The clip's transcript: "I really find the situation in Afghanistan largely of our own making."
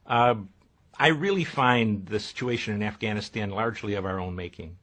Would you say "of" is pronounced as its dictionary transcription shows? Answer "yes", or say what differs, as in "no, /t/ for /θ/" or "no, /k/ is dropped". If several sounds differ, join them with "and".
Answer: yes